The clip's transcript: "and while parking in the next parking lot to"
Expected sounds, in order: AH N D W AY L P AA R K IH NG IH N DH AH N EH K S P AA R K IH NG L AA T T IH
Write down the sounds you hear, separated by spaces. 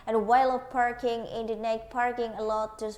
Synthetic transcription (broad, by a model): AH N W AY L P AA R K IH NG IH N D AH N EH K P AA R K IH NG L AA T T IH